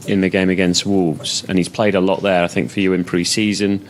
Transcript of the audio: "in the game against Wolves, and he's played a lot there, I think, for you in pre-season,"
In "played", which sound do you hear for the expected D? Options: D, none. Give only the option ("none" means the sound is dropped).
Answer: D